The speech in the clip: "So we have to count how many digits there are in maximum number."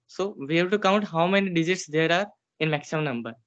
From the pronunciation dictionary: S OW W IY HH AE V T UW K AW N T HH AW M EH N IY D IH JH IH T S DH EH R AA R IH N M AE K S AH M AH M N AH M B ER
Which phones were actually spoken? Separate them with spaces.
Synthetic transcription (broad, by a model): S OW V IY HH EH B T UW K AW N T HH AW M EH N IY D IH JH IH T S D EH R AA R IH N M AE K S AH M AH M N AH M B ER